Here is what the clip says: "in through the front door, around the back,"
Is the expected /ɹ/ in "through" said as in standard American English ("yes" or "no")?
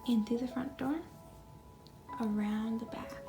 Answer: no